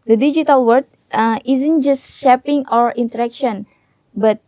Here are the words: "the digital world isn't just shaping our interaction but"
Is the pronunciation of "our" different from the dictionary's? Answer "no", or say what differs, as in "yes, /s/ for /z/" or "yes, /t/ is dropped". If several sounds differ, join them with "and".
no